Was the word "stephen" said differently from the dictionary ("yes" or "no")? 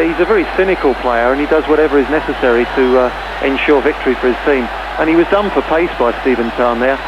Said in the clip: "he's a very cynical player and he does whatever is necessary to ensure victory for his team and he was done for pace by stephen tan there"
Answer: no